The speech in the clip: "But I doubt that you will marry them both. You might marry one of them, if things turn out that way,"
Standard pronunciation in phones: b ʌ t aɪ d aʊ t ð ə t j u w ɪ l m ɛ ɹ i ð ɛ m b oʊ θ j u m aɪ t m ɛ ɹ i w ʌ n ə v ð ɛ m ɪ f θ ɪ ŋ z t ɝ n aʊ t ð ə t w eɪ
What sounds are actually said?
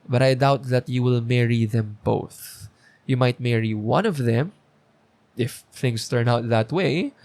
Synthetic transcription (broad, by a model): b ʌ t aɪ d aʊ t ð ə t j u w ɪ l m ɛ ɹ i ð ɛ m b oʊ θ j u m aɪ t m ɛ ɹ i w ʌ n ə v ð ɛ m ɪ f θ ɪ ŋ s t ɝ n aʊ t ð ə t w eɪ